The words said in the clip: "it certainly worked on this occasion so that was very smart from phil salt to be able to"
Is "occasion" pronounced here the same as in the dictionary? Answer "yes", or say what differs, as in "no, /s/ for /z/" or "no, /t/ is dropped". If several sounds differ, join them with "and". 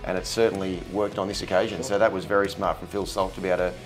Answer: yes